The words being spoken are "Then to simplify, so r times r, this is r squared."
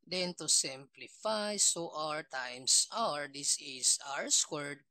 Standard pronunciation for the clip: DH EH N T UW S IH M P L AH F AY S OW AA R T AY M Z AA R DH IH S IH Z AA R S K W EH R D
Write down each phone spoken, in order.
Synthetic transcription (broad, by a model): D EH N T UW S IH M P L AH F AY S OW AA R T AY M S AA R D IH S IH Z AA R S K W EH R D